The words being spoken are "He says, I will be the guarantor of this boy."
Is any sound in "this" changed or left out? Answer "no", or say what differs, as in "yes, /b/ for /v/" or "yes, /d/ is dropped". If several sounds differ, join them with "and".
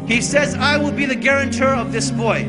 no